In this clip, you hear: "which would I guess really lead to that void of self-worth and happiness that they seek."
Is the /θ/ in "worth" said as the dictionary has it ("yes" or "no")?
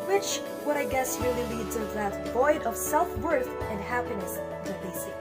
yes